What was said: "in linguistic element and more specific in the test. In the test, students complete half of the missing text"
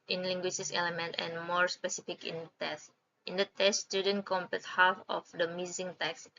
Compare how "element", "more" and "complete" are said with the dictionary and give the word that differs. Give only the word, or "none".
complete